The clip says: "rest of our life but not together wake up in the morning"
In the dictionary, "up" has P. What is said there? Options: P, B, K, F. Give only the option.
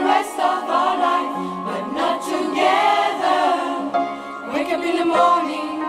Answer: B